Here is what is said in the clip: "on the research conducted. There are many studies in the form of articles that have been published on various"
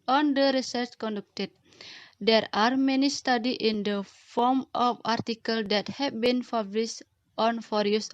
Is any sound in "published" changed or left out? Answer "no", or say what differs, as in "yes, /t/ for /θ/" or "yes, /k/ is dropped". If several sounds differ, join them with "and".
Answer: yes, /f/ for /p/